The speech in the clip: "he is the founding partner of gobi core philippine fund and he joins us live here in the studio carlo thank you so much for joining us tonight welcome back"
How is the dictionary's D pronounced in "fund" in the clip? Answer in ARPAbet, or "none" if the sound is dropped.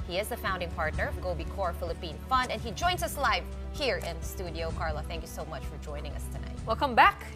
D